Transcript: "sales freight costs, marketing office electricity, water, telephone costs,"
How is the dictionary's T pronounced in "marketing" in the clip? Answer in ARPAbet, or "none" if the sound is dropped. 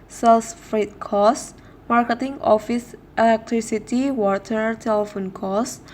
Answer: T